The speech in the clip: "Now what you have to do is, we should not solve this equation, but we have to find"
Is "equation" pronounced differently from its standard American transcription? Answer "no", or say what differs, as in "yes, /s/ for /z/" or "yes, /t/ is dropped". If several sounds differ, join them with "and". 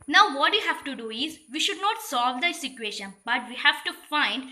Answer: yes, /ʃ/ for /ʒ/